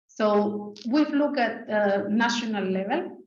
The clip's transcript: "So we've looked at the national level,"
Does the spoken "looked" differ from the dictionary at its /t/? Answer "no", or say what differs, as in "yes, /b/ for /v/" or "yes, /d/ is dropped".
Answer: yes, /t/ is dropped